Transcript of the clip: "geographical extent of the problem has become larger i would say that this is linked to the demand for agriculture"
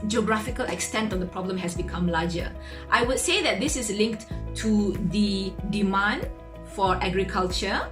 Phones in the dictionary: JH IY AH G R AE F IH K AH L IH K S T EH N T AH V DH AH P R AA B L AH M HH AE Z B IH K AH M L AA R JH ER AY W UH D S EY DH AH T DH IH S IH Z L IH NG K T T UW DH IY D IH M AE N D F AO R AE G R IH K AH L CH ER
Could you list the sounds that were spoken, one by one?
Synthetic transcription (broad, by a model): JH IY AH G R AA F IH K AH L IH K S T EH N T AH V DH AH P R AA B L AH M HH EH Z B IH K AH M L AA JH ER AY W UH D S EY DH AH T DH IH S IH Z L IH NG K T T UW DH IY D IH M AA N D F AO R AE G R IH K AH L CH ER